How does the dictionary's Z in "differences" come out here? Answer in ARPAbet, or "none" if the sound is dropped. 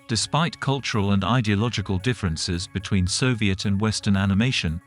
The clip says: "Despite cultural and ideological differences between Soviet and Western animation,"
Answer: Z